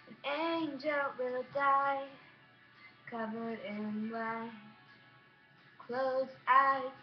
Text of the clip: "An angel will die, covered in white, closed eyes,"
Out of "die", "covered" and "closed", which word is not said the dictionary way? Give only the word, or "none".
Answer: closed